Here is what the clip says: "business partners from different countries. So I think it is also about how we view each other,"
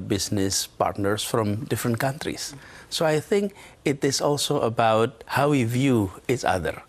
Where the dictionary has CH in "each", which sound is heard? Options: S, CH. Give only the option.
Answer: S